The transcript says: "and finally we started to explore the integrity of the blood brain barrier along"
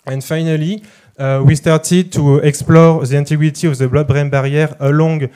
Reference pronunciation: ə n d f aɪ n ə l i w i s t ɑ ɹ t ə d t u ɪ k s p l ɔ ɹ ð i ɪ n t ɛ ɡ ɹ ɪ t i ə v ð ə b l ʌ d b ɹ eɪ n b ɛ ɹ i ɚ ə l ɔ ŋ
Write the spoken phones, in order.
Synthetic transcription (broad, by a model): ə n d f aɪ n ə l i w i s t ɑ ɹ t ə d t u ɪ k s p l ɔ ɹ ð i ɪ n t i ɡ w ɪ t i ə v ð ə b l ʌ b ɹ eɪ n b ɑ ɹ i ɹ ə l ɔ ŋ